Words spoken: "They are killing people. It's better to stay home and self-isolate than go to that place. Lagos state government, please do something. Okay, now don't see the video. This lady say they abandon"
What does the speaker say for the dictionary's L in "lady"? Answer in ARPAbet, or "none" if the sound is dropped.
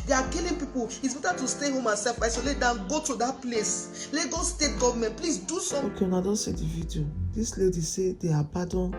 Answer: L